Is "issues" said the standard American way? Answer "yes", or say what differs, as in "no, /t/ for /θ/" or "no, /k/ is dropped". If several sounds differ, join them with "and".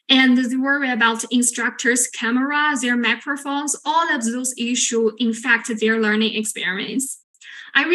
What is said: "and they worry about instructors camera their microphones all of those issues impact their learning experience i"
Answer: no, /z/ is dropped